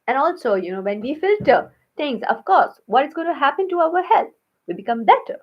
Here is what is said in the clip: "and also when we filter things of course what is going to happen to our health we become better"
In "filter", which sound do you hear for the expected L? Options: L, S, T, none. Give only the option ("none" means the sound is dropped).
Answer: L